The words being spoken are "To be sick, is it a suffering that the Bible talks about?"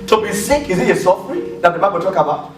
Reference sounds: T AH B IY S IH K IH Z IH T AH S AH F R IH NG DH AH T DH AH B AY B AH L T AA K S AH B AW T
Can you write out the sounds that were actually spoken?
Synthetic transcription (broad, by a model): T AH B IY S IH K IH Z IH T AH S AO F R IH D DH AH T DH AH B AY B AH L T AA K AH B AW T